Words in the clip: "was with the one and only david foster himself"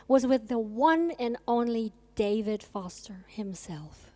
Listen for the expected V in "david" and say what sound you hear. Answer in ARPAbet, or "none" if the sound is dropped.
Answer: V